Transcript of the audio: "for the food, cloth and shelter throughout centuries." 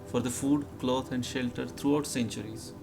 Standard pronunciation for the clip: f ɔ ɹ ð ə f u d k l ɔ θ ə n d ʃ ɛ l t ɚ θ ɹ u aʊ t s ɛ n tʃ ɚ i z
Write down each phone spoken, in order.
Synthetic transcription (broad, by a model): f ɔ ɹ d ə f u d k l ɔ t ə n d ʃ ɛ l t ɚ t ɹ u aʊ t s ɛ n tʃ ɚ i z